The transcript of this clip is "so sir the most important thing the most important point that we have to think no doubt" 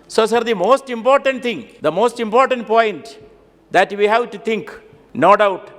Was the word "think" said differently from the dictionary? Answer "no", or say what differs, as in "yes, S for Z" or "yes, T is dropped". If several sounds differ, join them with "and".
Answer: yes, T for TH